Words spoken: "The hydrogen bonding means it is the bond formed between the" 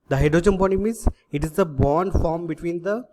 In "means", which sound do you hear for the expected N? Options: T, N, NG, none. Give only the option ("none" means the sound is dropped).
none